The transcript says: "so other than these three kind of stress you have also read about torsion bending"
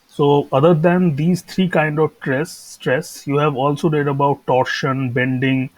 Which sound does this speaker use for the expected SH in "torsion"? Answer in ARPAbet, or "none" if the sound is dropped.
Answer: SH